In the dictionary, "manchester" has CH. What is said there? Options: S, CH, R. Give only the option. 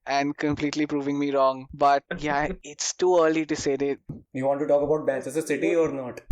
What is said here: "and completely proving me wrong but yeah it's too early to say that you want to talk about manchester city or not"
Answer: S